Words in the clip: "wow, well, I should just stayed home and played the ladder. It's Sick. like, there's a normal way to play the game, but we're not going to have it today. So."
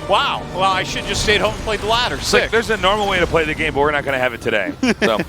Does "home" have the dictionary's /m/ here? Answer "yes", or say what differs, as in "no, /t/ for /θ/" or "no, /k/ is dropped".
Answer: no, /m/ is dropped